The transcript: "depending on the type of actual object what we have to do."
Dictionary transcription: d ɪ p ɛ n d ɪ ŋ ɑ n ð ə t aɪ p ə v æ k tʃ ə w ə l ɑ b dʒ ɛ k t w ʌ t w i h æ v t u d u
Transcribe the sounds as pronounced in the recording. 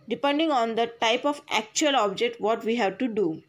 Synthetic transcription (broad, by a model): d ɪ p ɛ n d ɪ ŋ ɑ n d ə t aɪ p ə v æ k tʃ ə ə l ɑ b dʒ ɛ k t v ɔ t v i h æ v t u d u